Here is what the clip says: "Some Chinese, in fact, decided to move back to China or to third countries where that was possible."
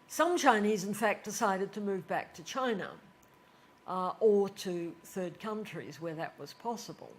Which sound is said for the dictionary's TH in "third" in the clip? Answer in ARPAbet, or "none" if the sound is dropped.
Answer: TH